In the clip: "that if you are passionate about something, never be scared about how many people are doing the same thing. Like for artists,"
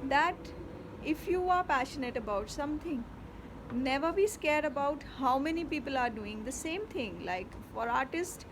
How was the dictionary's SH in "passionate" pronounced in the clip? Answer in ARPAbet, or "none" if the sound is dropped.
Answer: SH